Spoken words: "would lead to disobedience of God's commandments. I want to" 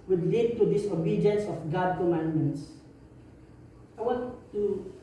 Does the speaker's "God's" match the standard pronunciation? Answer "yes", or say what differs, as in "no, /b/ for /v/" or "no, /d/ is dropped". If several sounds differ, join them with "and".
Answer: no, /z/ is dropped